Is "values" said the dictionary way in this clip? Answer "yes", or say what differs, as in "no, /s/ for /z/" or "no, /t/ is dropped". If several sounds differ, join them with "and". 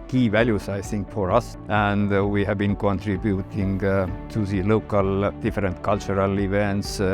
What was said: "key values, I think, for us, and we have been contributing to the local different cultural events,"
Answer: no, /s/ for /z/